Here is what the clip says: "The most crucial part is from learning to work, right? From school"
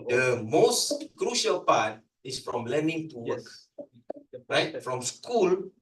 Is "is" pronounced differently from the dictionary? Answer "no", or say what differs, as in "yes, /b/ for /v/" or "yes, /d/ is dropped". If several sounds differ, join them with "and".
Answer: yes, /s/ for /z/